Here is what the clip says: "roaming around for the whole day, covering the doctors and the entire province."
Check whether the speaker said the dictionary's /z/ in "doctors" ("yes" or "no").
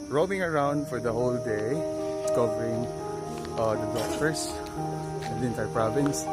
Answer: no